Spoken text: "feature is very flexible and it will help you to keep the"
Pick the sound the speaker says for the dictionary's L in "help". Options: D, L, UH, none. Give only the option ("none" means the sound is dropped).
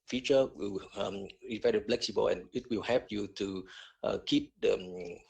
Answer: none